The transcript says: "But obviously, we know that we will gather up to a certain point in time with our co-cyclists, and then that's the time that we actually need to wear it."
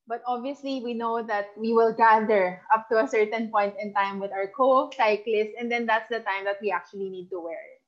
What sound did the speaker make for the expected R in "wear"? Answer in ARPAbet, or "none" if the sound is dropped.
R